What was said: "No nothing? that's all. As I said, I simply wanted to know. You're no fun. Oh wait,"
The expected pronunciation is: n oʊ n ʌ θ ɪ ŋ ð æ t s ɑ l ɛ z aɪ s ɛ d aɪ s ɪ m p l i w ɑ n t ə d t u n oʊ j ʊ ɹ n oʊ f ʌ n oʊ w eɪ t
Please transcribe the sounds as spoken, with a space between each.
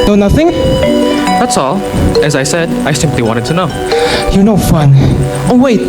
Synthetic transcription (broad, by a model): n oʊ n ʌ θ ɪ ŋ ð æ t s ɑ l ɛ z aɪ s ɛ d aɪ s ɪ m p l i w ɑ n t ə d t u n oʊ j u n oʊ f ʌ n oʊ w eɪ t